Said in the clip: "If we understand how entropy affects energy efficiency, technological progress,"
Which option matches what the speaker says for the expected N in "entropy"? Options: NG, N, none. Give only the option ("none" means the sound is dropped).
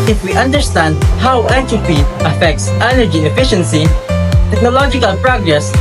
none